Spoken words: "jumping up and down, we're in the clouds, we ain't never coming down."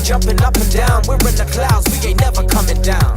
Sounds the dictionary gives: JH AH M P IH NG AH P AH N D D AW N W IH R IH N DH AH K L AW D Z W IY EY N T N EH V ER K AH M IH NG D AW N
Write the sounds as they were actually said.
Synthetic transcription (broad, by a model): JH AH M P IH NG AH P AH N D D AW N W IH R IH N DH AH K L AW D Z W IY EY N N EH V ER K AH M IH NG D AW N